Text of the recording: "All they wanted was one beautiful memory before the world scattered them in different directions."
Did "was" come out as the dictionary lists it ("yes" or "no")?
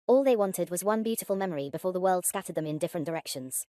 yes